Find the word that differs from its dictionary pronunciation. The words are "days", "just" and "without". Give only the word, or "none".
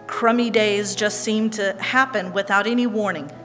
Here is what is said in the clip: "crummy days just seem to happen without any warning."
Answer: none